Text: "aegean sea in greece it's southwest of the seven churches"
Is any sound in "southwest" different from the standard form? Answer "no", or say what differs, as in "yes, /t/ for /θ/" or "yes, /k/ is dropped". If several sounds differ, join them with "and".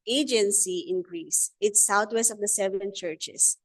yes, /t/ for /θ/